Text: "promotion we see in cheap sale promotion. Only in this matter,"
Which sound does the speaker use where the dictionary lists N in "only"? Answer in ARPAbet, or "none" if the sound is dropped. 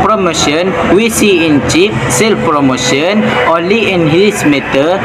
none